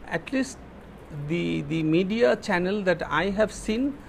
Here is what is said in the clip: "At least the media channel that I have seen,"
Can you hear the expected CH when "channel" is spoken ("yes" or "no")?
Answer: yes